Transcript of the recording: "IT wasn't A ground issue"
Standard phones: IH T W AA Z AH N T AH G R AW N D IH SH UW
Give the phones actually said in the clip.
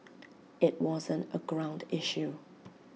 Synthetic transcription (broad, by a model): IH T W AA Z AH N T AH G R AW N D IH SH UW